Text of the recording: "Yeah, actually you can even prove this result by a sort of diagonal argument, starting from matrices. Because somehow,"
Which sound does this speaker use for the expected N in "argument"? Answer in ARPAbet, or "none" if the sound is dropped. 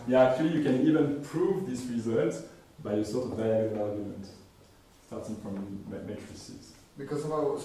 N